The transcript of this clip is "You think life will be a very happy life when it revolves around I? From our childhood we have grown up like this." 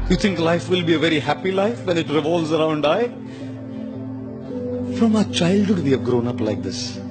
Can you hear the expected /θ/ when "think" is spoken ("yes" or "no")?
no